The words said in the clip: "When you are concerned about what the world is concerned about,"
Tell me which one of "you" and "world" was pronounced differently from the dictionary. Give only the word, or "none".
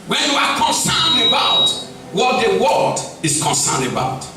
world